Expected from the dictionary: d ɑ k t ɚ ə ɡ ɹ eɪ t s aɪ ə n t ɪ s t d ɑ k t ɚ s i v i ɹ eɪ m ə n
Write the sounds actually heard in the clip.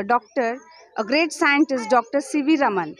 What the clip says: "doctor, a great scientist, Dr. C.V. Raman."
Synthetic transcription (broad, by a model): d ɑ k t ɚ ə ɡ ɹ eɪ t s aɪ ə n t ɪ s t d ɑ k t ɚ s i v i ɹ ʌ m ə n